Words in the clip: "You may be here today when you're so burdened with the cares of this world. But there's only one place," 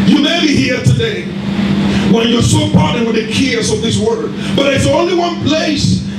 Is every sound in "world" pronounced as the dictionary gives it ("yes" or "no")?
no